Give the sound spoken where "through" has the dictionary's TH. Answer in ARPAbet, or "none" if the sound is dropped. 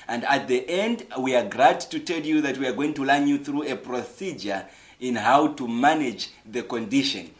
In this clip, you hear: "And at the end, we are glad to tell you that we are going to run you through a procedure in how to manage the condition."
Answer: TH